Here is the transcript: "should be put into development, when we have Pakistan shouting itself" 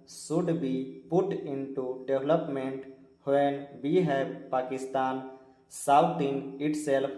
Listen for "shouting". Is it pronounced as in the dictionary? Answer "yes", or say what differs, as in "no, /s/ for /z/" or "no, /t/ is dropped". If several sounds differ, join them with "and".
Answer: no, /s/ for /ʃ/